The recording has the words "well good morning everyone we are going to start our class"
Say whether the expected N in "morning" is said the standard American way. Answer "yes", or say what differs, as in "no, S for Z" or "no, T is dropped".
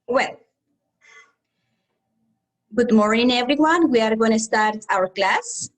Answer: no, N is dropped